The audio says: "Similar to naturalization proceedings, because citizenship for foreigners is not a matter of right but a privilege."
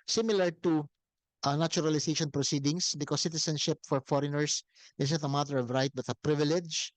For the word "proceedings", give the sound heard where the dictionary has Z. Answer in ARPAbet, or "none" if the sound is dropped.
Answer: S